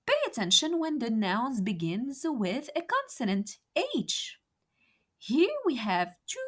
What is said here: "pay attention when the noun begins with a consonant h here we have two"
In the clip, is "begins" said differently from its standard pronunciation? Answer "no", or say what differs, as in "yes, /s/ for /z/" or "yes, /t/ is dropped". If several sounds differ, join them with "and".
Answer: no